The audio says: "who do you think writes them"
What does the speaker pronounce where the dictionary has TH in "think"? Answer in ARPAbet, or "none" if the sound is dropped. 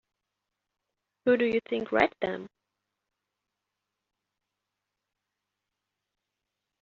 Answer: TH